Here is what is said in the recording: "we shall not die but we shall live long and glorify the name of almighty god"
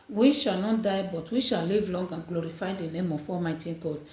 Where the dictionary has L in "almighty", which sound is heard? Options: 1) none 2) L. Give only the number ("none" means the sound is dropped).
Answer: 1